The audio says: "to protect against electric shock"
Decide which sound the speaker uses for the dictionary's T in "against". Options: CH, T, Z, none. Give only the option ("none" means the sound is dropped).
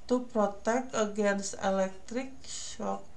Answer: none